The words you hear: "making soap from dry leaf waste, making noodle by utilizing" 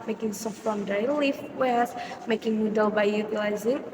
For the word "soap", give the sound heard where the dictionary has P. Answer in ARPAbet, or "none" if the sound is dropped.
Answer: F